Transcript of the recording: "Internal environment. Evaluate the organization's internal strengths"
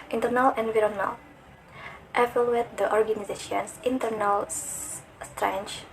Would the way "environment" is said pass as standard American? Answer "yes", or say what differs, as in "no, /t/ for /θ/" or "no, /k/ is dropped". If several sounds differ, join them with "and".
no, /m/ is dropped and /l/ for /n/